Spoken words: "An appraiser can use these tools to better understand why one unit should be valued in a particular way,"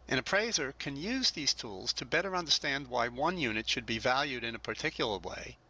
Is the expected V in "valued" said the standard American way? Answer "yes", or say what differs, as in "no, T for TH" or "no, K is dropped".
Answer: yes